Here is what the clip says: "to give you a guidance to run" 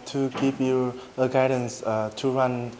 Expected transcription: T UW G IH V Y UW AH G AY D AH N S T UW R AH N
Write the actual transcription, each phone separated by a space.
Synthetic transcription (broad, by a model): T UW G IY P Y UW AH G AY D AH N S T UW R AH N